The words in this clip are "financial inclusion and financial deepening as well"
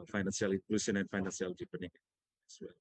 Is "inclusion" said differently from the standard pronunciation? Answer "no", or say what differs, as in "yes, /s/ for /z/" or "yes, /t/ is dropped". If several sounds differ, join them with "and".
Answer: yes, /s/ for /ʒ/